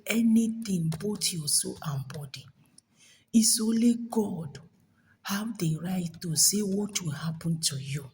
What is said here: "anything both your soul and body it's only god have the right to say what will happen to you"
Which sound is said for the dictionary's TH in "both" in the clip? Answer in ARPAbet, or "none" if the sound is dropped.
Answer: T